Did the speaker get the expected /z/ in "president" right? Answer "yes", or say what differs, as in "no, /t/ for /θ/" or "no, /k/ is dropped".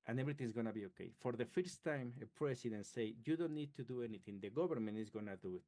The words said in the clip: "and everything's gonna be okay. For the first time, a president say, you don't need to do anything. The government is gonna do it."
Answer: no, /s/ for /z/